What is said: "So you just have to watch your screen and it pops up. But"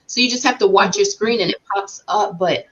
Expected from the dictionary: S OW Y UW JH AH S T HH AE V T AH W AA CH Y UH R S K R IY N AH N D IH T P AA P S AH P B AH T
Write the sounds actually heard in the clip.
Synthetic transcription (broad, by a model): S OW Y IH JH AH S T HH AE F T AH W AA CH Y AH R S K R IY N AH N IH T P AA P S AH P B AH T